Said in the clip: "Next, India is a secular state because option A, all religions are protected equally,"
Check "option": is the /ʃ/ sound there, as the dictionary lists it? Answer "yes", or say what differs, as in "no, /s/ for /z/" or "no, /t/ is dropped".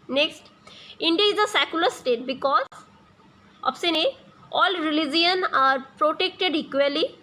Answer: no, /s/ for /ʃ/